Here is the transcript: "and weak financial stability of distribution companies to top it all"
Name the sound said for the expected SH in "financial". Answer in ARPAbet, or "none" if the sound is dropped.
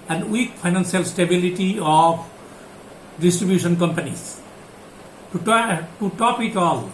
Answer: S